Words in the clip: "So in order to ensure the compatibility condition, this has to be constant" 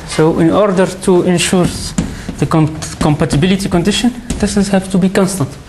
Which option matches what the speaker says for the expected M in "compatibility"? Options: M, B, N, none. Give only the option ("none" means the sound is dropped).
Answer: M